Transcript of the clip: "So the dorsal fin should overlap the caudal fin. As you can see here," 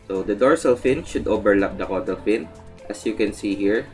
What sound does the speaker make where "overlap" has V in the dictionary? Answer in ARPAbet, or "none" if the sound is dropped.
B